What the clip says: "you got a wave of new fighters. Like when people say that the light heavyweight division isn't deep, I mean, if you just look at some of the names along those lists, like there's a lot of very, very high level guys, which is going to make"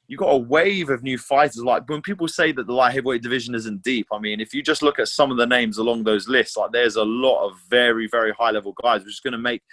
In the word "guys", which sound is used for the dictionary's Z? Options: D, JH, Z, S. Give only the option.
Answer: Z